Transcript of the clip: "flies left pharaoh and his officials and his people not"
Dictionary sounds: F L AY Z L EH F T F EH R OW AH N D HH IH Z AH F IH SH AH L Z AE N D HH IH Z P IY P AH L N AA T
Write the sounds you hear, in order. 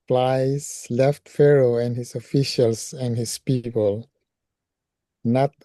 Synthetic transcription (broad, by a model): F L AY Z L EH F T F EH R OW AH N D HH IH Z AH F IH SH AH L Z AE N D HH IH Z P IY P AH L N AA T